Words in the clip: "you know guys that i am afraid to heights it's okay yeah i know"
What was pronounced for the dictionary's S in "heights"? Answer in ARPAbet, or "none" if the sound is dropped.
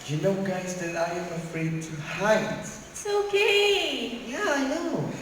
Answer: none